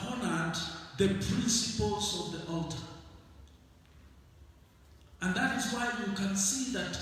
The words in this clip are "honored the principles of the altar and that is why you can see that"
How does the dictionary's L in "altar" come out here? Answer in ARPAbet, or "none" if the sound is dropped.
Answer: L